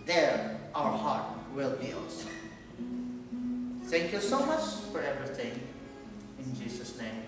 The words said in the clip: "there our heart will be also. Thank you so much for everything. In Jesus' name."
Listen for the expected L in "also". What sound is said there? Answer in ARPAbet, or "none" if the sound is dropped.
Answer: none